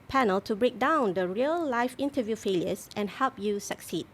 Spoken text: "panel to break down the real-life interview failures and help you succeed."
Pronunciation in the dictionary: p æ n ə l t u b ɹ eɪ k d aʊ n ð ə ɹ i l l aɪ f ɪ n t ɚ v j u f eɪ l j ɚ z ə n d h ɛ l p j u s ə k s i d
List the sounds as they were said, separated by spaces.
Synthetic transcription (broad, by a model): p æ n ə l t u b ɹ eɪ k d aʊ n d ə ɹ i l l aɪ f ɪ n t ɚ v j u f eɪ l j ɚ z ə n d h ɛ l p j u s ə k s i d